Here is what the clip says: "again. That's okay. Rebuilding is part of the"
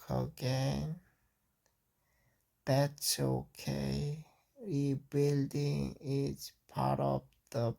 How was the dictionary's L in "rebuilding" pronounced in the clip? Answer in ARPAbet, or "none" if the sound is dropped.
L